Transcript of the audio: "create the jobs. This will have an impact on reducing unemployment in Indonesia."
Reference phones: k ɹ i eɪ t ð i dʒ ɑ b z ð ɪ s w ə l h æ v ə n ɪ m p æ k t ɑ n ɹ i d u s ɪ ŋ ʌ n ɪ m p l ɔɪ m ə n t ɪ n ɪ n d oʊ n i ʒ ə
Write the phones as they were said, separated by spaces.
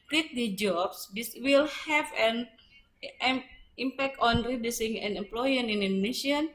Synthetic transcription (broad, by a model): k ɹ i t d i dʒ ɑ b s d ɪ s w ə l h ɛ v ə n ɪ m p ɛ k t ɑ n ɹ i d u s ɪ ŋ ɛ n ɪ m p l ɔɪ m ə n ɪ n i n d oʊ n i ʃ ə